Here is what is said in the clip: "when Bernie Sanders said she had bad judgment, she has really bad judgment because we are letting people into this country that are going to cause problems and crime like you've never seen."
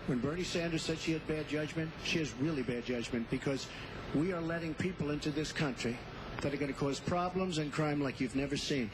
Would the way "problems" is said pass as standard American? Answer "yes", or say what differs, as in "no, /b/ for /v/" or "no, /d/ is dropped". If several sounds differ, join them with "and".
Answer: yes